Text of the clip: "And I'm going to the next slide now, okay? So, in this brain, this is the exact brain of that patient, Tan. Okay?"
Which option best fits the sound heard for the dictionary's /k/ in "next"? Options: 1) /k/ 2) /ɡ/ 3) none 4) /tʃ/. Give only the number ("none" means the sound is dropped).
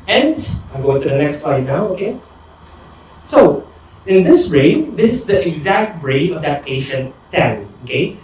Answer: 1